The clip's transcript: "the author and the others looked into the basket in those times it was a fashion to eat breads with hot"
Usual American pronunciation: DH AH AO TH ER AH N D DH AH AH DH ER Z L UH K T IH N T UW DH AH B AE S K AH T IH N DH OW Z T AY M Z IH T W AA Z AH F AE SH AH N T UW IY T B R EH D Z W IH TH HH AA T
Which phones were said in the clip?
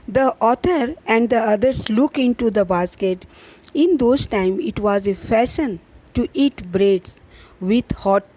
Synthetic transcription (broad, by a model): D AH AO T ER AH N D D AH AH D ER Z L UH K IH N T UW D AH B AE S K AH T IH N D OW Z T AY M IH T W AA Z AH F AE SH AH N T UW IY T B R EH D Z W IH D HH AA T